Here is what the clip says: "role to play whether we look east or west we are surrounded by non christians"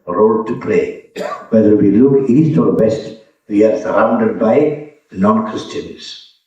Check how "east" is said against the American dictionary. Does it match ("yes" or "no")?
yes